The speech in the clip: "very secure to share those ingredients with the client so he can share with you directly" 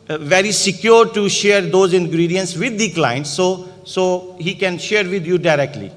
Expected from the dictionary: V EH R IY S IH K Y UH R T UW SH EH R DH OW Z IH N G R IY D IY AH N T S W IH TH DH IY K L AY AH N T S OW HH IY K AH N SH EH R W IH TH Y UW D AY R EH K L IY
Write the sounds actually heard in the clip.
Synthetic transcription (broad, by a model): V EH R IY S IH K Y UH R T UW SH EH R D OW Z IH N G R IY D IY AH N T S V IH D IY K L AY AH N T S OW HH IY K AH N SH EH R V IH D Y UW D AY R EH K L IY